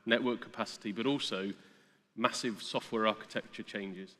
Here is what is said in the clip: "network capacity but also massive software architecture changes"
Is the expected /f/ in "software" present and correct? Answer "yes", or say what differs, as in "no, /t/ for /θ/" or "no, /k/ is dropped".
yes